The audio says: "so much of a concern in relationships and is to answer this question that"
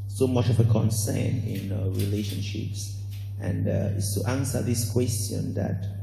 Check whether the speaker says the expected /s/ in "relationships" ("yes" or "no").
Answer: yes